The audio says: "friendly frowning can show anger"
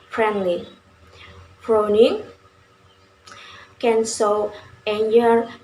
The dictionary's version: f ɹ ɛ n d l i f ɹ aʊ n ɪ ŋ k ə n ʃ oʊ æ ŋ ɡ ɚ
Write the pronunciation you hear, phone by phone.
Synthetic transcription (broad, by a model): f ɹ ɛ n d l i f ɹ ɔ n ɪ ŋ k ə n s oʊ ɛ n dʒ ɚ